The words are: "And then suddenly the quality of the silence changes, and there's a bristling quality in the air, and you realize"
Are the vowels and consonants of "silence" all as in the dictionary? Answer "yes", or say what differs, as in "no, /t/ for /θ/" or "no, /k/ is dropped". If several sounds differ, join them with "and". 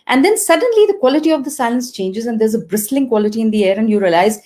yes